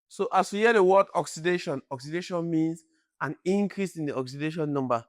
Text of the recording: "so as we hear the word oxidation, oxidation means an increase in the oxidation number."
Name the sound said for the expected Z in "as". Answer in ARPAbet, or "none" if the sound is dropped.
S